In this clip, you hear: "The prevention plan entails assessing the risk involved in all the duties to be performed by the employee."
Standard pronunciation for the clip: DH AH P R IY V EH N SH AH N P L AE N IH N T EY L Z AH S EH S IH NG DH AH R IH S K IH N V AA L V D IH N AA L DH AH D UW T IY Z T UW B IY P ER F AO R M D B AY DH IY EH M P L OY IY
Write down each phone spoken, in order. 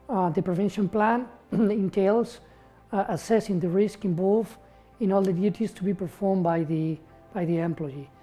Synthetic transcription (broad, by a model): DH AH P R IY V EH N SH AH N P L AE N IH N T EY L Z AH S EH S IH NG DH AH R IH S K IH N B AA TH IH N AA L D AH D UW T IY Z T UW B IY P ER F AO R M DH B AY DH IY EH M P L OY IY